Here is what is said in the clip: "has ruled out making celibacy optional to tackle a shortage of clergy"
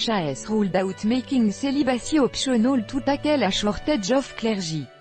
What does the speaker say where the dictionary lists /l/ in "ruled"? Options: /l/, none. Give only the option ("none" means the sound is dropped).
/l/